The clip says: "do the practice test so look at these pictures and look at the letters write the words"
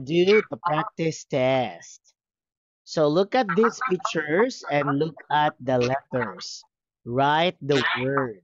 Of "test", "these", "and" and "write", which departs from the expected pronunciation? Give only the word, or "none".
these